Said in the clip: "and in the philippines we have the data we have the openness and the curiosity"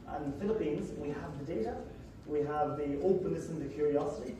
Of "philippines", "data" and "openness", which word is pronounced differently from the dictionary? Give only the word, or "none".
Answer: none